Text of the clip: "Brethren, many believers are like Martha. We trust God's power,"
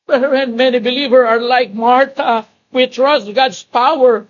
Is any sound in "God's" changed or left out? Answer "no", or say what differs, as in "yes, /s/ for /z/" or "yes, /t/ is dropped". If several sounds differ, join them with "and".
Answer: yes, /s/ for /z/